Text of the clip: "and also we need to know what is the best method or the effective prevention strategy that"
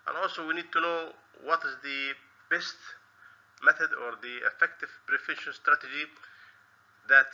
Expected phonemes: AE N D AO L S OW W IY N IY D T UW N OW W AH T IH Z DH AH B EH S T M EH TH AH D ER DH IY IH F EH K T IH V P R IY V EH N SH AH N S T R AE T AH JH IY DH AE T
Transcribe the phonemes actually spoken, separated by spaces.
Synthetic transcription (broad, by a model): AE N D AO L S OW W IY N IY D T UW N OW W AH T IH Z DH AH B EH S T M EH TH AH D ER DH IY IH F EH K T IH V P R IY F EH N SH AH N S T R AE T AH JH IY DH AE T